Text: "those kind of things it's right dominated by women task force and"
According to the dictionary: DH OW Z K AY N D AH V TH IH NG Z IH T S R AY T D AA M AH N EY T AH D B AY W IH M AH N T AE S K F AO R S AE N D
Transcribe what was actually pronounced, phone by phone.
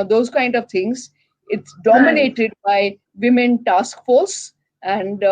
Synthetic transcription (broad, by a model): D OW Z K AY N D AH V T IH NG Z IH T S D AA M AH N EY T AH D B AY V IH M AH N T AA S K F AO R S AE N D